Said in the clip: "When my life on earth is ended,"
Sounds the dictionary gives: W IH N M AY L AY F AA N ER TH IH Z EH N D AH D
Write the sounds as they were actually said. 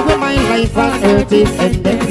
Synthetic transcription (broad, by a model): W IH M AY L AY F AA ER T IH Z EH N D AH